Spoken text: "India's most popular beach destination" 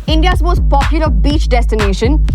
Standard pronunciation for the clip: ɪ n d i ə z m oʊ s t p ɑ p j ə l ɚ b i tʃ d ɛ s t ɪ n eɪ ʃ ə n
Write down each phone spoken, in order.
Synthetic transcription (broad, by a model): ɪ n d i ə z m oʊ s t p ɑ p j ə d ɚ b i tʃ d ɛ s t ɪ n eɪ ʃ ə n